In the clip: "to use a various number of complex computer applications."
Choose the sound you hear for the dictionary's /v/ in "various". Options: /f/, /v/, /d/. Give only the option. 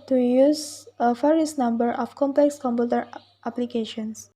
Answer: /f/